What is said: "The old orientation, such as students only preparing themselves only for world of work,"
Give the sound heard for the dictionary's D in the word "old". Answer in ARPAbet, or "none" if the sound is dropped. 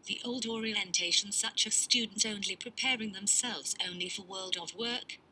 D